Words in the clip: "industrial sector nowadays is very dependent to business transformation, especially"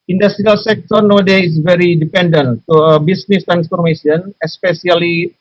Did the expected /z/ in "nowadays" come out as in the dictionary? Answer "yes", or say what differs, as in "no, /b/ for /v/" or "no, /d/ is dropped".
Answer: no, /z/ is dropped